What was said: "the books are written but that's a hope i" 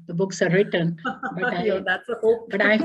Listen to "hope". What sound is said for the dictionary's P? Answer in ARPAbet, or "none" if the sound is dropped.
B